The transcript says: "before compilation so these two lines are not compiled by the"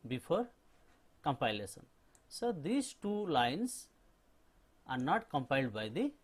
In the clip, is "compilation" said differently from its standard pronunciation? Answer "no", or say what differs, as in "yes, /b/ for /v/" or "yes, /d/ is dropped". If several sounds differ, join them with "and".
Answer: yes, /s/ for /ʃ/